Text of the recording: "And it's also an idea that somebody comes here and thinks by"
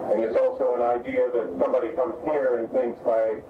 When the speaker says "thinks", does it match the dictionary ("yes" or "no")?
yes